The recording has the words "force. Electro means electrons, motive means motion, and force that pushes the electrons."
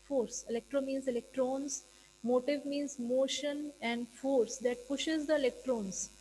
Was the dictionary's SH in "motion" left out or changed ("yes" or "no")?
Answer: no